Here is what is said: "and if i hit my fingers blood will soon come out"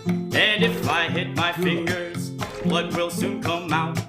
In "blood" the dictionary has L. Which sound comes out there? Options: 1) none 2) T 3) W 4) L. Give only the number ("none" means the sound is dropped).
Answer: 1